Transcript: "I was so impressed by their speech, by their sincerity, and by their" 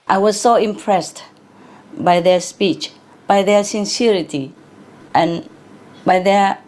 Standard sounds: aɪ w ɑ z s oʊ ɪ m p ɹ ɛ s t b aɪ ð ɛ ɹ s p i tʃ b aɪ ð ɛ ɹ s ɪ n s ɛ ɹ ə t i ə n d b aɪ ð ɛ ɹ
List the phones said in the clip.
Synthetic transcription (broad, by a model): aɪ w ɑ z s oʊ ɪ m p ɹ ɛ s t b aɪ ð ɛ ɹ s p i tʃ b aɪ ð ɛ ɹ s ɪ n s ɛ ɹ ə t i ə n b aɪ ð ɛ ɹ